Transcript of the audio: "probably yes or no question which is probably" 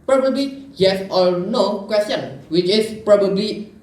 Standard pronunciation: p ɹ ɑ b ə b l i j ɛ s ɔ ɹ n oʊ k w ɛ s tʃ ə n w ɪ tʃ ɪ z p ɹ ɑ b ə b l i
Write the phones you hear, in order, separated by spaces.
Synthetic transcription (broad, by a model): p ɹ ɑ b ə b l i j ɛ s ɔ l n oʊ k w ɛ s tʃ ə n w ɪ tʃ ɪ s p ɹ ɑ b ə b l i